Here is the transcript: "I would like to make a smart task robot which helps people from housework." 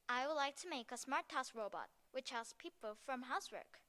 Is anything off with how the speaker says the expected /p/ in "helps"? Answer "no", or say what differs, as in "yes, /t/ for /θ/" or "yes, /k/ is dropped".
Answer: yes, /p/ is dropped